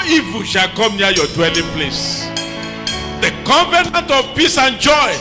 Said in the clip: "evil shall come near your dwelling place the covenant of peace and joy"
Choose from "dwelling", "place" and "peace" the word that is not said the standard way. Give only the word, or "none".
none